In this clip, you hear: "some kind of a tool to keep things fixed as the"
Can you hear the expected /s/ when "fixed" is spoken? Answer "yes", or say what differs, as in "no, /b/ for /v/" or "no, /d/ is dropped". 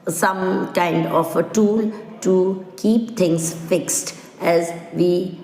yes